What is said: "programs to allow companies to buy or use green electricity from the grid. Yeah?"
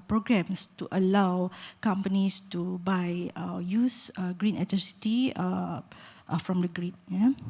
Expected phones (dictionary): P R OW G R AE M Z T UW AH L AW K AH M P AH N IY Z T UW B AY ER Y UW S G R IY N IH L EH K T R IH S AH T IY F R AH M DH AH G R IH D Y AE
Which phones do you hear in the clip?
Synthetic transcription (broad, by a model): P R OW G R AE M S T UW AH L AW K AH M P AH N IY S T UW B AY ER Y UW S G R IY N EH T AH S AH T IY F R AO M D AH G R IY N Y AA